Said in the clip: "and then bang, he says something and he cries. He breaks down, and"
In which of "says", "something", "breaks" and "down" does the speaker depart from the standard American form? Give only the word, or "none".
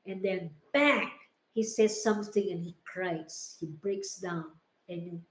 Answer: none